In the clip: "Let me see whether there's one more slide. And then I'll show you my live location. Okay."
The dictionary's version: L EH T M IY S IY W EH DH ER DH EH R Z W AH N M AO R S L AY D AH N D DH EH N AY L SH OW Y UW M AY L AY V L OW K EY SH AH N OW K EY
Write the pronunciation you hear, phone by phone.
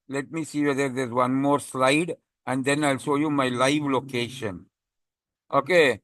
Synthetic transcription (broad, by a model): L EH T M IY S IY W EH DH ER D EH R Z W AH N M AO R S L AY D AH N D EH N AY L S OW Y UW M AY L AY V L OW K EY SH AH N OW K EY